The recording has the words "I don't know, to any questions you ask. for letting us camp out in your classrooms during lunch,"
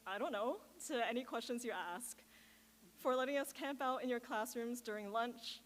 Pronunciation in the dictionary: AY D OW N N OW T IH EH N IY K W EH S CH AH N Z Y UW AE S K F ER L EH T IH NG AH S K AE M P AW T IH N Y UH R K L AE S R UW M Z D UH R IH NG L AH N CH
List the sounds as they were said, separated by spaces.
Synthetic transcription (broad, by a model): AY D OW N N OW T IH EH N IY K W EH S CH AH N Z Y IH AE S K F ER L EH T IH NG AH S K AE M P AW T IH N Y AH R K L AE S R UW M Z D UH R IH NG L AH N CH